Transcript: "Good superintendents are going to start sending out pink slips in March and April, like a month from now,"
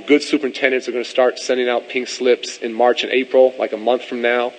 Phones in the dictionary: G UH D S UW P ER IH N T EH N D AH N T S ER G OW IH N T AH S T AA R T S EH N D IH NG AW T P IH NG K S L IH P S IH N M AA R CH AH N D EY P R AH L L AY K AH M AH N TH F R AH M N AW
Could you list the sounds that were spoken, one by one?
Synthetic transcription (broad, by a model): G UH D S UW P ER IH N T EH N D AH N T S ER G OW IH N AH S T AA R T S EH N D IH NG AW T P IH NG S L IH P S IH N M AA R CH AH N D EY P R L L AY K AH M AH N TH F R AH M N AW